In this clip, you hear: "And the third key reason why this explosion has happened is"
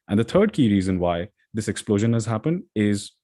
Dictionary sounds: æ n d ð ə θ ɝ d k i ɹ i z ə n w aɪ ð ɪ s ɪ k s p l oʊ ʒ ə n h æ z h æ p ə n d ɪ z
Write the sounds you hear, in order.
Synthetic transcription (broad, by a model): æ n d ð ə t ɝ d k i ɹ i z ə n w aɪ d ɪ s ɪ k s p l oʊ ʒ ə n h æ z h æ p ə n d ɪ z